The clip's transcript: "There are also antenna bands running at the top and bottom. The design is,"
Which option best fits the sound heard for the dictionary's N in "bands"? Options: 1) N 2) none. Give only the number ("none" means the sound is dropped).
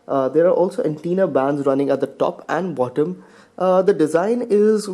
1